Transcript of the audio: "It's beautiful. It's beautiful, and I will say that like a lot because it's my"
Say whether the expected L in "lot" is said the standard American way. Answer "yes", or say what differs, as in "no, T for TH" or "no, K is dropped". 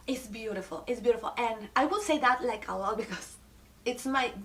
no, W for L